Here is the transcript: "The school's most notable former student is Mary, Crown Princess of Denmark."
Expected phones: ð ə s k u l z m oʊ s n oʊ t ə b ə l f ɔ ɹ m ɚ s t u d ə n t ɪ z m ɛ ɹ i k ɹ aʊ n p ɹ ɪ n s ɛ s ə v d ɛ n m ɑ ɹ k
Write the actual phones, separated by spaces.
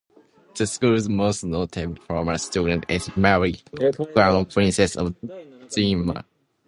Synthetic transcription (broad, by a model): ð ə s k u l z m oʊ s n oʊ t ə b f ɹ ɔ m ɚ s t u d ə n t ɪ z m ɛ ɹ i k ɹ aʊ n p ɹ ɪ n s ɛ s ə v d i m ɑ